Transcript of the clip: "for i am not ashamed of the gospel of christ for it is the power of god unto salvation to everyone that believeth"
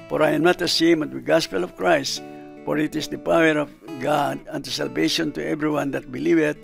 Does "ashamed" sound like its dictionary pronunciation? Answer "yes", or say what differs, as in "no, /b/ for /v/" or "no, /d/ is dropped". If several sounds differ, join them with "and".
no, /s/ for /ʃ/ and /d/ is dropped